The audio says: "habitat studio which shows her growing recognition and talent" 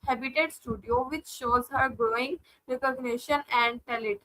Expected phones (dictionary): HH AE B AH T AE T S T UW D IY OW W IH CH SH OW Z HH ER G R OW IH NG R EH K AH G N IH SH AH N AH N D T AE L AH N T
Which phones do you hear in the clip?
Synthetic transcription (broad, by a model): HH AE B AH T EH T S T UW D IY OW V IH CH SH OW Z HH ER G R OW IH NG R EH K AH G N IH SH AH N AH N D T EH L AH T